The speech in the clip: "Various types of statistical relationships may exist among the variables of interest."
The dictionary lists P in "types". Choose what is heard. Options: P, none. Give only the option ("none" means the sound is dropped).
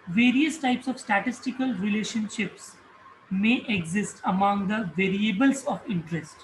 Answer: P